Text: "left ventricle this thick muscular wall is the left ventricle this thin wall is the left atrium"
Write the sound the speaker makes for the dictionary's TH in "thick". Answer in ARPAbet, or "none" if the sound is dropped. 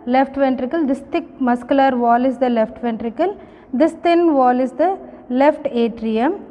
T